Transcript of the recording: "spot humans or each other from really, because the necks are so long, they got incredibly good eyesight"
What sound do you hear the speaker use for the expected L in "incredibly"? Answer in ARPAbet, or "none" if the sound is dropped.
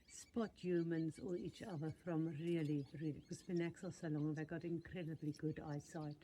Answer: L